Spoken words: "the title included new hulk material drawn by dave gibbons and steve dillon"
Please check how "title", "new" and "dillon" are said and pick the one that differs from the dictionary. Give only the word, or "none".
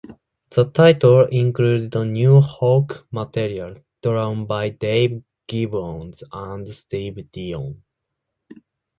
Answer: dillon